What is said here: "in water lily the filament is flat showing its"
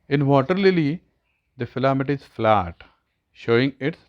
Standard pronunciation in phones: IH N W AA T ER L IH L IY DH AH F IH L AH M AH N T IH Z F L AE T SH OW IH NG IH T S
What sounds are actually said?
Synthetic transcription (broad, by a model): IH N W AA T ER L IH L IY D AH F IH L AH M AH T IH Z F L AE T SH OW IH NG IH T